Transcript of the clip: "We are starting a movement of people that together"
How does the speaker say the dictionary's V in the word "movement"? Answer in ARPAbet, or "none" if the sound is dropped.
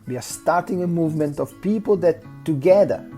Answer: V